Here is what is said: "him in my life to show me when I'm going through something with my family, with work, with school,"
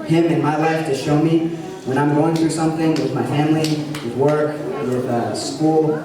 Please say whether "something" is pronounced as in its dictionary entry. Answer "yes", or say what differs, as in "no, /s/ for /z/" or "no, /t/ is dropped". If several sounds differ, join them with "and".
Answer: yes